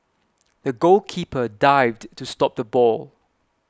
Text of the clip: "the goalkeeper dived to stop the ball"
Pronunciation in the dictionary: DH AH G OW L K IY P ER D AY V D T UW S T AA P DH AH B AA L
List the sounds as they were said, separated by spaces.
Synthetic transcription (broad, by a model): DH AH G OW L K IY P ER D AY V D T UW S T AA P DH AH B AA L